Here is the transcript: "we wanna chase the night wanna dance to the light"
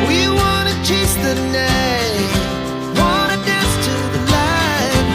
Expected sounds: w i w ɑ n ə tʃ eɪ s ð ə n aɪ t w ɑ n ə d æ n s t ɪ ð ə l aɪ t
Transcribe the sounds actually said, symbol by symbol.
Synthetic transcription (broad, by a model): w i w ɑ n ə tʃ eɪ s ð ə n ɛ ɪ w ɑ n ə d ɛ s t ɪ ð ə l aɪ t